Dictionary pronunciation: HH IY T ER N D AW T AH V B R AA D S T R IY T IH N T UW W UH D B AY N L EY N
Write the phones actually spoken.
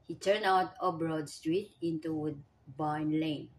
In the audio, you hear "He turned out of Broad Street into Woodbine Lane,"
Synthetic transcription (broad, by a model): HH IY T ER N AW T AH B R AA D S T R IY T IH N T UW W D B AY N L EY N